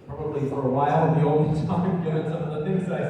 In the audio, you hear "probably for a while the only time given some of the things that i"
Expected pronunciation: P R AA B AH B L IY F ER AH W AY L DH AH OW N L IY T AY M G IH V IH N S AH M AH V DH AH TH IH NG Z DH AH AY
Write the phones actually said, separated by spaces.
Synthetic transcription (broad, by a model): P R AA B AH B L IY F ER AH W AY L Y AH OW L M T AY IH IH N S AH M AH V DH AH TH IH NG Z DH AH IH